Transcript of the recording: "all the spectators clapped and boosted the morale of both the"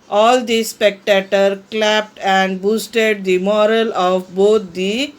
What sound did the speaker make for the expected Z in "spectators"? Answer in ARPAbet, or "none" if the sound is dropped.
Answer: none